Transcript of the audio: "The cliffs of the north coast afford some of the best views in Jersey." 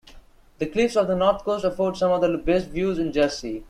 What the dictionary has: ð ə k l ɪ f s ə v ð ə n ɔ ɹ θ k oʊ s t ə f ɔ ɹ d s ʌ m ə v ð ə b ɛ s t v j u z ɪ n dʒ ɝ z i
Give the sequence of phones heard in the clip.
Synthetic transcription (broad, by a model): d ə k l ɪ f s ə v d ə n ɔ ɹ t k oʊ s t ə f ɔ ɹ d s ʌ m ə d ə b ɛ s t v j u z ɪ n dʒ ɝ s i